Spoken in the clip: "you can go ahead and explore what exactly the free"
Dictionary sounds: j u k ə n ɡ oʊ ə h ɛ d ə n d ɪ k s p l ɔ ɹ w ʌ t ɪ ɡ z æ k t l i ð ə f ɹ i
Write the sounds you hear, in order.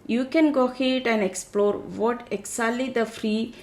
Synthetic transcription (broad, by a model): j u k ə n ɡ oʊ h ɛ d ə n d ɪ k s p l ɔ ɹ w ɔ t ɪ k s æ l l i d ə f ɹ i